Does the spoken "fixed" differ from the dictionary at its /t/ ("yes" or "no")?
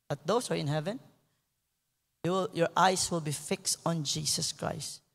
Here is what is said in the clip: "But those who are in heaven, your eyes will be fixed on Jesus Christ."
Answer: no